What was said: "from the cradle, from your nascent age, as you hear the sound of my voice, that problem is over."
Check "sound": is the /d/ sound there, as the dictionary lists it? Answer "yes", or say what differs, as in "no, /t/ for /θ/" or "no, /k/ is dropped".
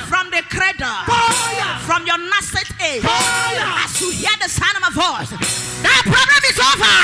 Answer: no, /d/ is dropped